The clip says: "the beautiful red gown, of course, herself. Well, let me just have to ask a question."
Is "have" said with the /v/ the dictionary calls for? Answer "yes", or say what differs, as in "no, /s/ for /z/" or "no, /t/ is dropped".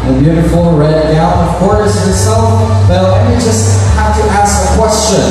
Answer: no, /f/ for /v/